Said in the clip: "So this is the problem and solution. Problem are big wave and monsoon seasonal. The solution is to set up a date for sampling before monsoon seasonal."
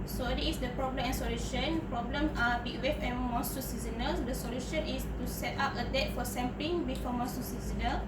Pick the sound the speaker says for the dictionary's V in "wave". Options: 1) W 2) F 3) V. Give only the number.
2